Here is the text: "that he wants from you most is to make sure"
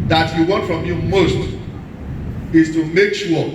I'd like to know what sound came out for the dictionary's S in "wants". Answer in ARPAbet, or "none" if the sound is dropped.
none